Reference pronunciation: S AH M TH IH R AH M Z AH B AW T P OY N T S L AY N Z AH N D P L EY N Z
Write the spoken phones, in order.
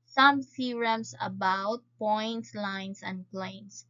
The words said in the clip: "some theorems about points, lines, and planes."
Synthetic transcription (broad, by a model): S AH M S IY R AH M S AH B AW T P OY N T S L AY N S AH N D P L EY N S